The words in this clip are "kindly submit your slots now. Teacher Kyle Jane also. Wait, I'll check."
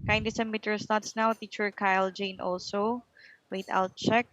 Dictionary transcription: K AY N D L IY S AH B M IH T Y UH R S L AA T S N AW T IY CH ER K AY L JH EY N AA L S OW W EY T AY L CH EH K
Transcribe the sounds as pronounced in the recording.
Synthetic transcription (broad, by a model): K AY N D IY S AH M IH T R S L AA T S N AW T IY CH ER K AY L JH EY N AA L S OW W EY T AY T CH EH K